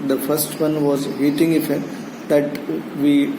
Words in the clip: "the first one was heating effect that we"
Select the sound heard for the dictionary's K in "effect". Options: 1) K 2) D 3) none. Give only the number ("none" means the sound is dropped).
3